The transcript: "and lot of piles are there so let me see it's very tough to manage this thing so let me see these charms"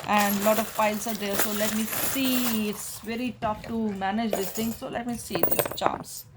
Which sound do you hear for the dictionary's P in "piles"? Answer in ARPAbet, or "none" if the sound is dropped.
F